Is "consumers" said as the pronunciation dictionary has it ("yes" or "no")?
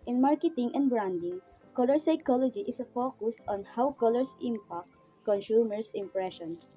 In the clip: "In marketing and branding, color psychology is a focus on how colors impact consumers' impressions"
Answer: no